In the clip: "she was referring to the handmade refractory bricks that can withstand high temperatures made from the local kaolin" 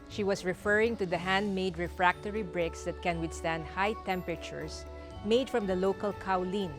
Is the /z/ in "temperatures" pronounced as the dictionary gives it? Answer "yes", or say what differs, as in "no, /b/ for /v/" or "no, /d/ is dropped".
no, /s/ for /z/